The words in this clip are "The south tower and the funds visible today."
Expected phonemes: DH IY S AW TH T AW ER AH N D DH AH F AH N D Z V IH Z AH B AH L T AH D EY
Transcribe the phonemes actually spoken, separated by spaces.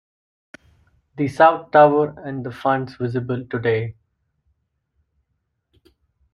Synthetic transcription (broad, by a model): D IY S AW T T AW ER AH N D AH F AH N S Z V IH Z AH B AH L T AH D EY